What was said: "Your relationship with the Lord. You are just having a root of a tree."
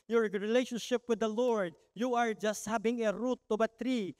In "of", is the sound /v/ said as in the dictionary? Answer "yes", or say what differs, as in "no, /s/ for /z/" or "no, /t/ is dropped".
no, /b/ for /v/